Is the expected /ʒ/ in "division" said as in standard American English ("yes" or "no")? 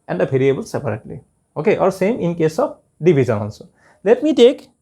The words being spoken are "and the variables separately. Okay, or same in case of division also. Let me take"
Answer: no